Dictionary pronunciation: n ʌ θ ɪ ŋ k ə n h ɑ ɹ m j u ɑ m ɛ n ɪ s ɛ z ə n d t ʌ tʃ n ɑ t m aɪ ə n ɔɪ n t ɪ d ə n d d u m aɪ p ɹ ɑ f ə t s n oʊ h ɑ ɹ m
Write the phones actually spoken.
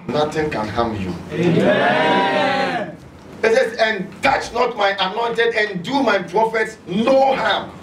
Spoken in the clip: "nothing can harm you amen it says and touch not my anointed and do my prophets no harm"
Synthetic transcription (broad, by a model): n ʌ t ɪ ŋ k ə n h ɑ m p j u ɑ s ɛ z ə n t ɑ tʃ n ɑ t m aɪ ə n ɔɪ n t ɪ d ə n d d u m aɪ p ɹ ɑ f ə t s n oʊ h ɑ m